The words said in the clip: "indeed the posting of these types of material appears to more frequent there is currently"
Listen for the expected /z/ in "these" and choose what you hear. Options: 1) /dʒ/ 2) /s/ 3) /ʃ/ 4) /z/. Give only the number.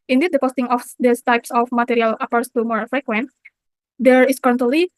2